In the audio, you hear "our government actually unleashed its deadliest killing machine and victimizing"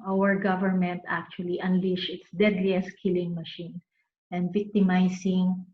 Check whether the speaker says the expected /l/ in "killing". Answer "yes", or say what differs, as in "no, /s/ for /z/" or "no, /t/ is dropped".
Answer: yes